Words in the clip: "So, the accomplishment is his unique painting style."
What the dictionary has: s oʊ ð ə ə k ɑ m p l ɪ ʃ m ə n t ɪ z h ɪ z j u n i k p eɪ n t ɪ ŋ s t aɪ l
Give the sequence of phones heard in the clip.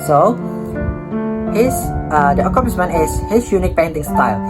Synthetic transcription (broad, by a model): s oʊ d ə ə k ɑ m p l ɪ s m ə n ɪ s h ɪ s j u n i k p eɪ n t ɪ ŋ s t aɪ l